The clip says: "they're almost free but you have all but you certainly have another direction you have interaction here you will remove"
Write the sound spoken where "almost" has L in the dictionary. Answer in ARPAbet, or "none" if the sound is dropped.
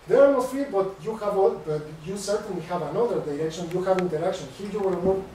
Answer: none